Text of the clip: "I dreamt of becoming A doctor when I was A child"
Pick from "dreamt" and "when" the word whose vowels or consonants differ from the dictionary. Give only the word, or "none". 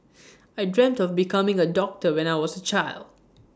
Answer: none